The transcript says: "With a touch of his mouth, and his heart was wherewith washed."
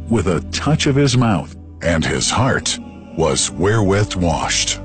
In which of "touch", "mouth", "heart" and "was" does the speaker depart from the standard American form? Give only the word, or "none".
none